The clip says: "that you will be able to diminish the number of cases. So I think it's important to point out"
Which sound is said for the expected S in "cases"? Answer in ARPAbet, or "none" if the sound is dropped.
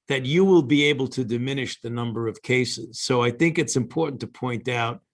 S